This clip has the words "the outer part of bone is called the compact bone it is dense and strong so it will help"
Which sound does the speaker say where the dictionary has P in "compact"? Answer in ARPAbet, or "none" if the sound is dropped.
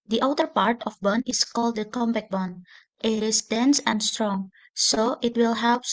B